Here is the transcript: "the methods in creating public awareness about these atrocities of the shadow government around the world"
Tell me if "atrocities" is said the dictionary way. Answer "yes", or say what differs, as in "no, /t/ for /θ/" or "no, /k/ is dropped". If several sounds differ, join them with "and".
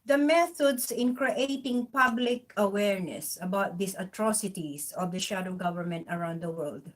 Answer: no, /s/ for /z/